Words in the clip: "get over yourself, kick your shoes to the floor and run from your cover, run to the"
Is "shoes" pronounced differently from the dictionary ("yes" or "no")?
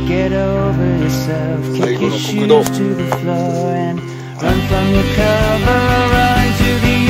yes